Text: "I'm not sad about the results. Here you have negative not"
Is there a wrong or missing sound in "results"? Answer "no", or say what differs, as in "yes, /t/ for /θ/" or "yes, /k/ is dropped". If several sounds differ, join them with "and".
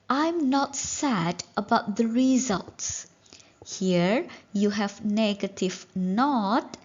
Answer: no